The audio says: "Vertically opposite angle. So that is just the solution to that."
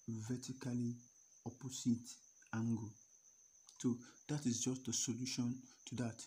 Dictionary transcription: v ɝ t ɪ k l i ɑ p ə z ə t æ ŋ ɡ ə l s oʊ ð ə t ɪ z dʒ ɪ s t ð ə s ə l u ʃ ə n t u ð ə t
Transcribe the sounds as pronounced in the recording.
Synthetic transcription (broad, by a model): v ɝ t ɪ k l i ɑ p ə s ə t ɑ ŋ ɡ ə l s oʊ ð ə t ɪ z dʒ ɪ s t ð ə s ə l u ʃ ə n t u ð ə t